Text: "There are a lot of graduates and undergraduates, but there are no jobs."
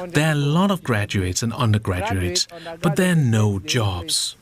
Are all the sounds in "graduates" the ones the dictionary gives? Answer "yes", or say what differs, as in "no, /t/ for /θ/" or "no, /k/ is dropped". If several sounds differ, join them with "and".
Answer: yes